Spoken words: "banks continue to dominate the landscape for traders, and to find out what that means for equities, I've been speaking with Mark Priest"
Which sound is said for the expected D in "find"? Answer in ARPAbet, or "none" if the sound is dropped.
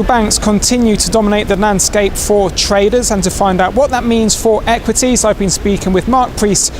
D